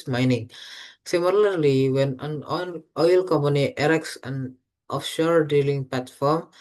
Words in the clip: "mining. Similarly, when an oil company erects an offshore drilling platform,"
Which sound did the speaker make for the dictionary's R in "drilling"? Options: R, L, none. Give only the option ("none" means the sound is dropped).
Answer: none